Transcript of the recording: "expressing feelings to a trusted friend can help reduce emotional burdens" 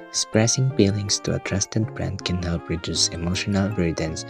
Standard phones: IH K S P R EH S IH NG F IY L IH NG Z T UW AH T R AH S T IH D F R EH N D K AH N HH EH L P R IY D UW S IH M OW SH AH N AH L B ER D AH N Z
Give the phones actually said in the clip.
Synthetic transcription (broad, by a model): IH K S P R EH S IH NG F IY L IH NG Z T UW AH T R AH S T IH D P R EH N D K AH N HH EH L P R IY D UW S IH M OW SH AH N AH L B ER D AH N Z